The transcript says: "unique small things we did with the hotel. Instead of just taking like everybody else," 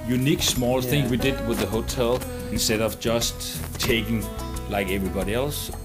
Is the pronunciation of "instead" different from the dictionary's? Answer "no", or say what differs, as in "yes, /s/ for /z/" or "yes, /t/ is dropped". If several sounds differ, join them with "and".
no